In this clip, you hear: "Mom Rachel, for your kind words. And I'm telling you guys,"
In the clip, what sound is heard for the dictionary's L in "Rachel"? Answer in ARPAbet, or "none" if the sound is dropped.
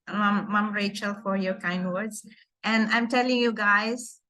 L